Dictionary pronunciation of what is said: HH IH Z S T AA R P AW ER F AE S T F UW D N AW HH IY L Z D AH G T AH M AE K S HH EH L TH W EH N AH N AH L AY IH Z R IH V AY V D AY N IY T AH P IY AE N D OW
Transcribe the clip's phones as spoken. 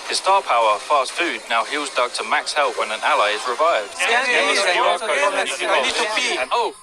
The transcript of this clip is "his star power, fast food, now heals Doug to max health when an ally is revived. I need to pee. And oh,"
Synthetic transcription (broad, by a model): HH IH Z S T AA P AW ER F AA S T F UW D N AW HH IY L Z D AH G T AH M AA K S HH EH L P W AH N AH N AH L AY IH Z R IH V AY V D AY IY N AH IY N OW